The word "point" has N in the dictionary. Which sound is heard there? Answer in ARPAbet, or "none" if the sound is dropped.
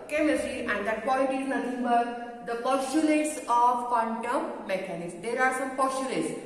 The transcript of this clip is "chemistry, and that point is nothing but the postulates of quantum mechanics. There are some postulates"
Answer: L